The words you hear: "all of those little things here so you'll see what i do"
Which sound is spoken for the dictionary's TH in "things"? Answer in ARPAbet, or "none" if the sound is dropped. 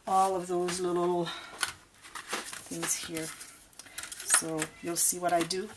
TH